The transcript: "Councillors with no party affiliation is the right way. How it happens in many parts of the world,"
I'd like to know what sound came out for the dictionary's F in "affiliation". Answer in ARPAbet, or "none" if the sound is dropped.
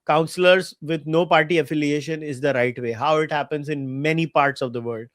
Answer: F